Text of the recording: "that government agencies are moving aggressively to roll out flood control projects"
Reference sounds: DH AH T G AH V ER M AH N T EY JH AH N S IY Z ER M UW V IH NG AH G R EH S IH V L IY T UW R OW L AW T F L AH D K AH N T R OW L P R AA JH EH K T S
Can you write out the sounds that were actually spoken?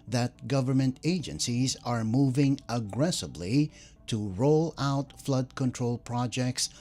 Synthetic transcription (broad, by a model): DH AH T G AH V ER M AH N T EY JH AH N S IY Z ER M UW V IH NG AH G R EH S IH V L IY T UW R OW L AW T F L AH D K AH N T R OW L P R AA JH EH K T S